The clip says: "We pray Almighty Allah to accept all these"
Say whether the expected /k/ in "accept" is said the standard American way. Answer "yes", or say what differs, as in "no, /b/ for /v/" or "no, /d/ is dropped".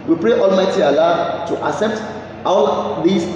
no, /k/ is dropped